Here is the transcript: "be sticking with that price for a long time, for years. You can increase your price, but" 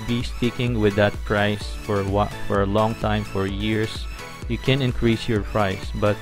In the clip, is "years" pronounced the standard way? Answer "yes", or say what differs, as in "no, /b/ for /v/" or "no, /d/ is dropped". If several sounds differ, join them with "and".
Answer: no, /s/ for /z/